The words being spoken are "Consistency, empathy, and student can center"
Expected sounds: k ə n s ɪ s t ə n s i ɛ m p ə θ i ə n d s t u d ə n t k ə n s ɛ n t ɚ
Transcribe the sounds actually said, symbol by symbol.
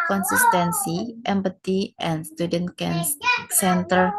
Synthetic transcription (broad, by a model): k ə n s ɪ s t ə n s i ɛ m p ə t i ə n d s t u d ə n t k ə n s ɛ n t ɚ